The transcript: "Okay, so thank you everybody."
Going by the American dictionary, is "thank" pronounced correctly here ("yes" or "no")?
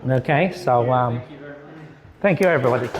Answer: yes